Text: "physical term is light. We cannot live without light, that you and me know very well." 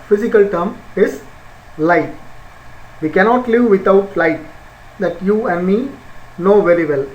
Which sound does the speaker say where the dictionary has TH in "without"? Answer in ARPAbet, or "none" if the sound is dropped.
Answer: T